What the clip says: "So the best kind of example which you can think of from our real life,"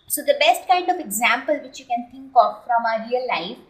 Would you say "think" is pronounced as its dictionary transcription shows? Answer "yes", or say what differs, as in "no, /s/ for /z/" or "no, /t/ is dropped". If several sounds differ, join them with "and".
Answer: no, /t/ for /θ/